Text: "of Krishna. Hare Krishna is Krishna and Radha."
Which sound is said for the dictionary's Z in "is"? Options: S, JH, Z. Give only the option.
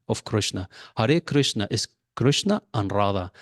S